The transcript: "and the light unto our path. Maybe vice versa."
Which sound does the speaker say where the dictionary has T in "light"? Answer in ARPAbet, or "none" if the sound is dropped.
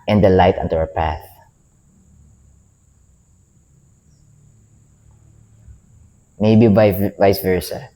T